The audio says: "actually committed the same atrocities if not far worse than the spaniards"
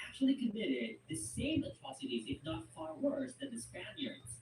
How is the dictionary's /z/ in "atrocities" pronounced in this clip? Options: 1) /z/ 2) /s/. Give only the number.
1